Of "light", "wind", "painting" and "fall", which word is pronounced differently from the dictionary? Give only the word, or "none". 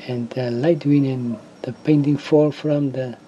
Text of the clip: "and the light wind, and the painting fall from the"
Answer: wind